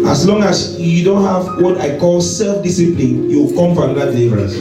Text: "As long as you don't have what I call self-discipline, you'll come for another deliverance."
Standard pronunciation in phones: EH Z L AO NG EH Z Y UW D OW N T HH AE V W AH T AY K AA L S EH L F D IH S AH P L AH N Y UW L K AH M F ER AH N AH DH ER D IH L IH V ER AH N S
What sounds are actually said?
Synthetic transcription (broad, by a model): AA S L AO NG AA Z Y UW D OW N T HH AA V W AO T AY K AA L S EH L F D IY S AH P L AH N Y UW W K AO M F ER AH N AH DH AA D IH L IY V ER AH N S